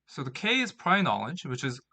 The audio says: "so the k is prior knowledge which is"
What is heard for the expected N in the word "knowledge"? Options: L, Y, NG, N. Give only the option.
N